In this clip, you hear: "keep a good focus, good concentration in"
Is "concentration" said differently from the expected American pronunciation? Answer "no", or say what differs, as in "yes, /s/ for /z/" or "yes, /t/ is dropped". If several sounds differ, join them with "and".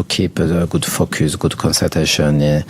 yes, /n/ is dropped and /ɹ/ is dropped